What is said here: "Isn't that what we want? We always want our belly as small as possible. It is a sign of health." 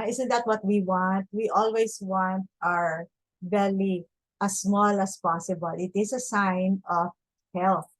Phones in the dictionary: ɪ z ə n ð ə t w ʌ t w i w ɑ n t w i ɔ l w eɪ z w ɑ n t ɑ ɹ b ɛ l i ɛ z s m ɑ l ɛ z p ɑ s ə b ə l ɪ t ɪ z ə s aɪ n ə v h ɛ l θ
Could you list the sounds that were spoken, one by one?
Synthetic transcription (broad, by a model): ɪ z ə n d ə t w ʌ t w i w ɑ n t w i ɔ l w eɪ s w ɑ n t ɑ ɹ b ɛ l i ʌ s m ɑ l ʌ s p ɑ s ə b ə l ɪ t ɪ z ə s aɪ n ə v h ɛ l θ